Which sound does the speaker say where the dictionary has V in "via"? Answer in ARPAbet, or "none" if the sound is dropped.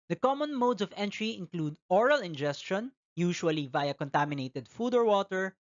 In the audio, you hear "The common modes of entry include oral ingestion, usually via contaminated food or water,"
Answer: V